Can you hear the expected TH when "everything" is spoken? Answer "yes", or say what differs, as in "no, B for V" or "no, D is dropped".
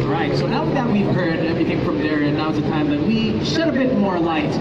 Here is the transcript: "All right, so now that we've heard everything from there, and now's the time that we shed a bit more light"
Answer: yes